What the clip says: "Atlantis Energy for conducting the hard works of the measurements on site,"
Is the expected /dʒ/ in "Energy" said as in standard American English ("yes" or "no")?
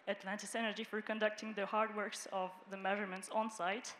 yes